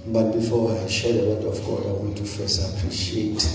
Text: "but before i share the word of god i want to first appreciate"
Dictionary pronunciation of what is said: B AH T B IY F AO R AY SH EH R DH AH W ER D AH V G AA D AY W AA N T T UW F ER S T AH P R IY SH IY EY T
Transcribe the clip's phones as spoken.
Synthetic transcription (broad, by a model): B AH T B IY F AO W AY SH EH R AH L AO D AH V G AA D AY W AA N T T UW F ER S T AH P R IY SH IY EY T